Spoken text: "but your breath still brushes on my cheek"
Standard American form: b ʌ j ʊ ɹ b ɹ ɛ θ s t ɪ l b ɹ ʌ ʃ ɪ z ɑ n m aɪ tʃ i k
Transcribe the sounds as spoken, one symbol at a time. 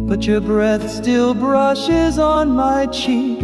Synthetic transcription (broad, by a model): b ʌ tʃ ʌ ɹ b ɹ ɛ θ s t ɪ l b ɹ ʌ ʃ ɪ z n m aɪ tʃ i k